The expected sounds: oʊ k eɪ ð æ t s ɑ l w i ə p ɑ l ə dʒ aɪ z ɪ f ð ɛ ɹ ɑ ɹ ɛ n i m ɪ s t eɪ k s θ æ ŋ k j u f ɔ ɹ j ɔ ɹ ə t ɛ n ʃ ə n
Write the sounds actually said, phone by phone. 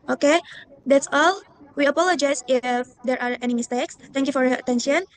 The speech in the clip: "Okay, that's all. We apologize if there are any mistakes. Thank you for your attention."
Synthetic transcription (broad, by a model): oʊ k eɪ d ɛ t s ɑ l w i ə p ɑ l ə dʒ aɪ s ɪ f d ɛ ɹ ɑ ɹ ɛ n i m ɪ s t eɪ k s t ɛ ŋ k j u f ɔ ɹ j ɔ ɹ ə t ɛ n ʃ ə n